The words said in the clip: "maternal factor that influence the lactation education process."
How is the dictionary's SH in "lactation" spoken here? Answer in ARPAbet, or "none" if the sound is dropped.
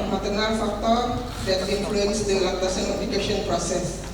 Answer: S